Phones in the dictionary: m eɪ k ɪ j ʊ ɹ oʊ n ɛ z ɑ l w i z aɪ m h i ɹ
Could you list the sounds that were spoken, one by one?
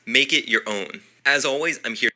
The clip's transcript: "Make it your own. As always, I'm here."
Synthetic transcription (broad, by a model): m eɪ k ɪ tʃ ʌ ɹ oʊ n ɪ z ɑ l w i z aɪ m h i